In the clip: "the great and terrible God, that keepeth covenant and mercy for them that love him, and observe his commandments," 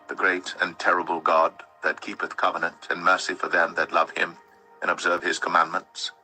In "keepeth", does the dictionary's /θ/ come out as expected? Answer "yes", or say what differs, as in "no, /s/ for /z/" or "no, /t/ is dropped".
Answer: yes